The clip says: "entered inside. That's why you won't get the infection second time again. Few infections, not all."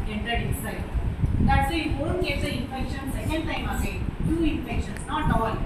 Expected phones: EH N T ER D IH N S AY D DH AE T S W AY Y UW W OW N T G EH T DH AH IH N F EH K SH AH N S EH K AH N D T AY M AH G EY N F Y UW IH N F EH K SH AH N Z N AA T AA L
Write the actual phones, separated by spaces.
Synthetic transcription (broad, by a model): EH N T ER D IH S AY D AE T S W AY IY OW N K EH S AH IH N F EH K SH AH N S EH K AH N D T AY M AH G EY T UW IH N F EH K SH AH N S N AA T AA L